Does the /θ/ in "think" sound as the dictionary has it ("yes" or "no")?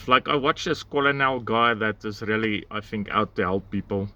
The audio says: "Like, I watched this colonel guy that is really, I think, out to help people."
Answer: yes